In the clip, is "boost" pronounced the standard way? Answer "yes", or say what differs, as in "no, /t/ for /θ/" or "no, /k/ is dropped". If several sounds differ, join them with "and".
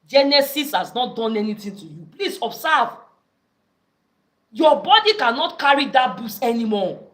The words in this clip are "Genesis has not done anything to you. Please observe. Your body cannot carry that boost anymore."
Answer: no, /t/ is dropped